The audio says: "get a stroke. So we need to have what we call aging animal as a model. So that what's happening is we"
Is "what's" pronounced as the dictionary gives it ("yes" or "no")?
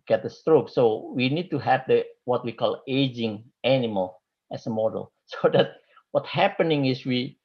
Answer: no